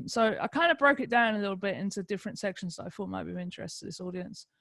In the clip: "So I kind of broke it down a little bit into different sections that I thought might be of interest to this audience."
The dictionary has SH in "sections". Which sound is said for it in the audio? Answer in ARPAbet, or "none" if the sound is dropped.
SH